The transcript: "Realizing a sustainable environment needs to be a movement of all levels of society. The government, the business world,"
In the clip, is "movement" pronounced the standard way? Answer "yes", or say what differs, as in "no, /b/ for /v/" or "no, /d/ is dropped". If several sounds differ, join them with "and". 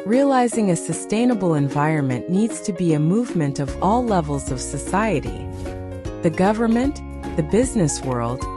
yes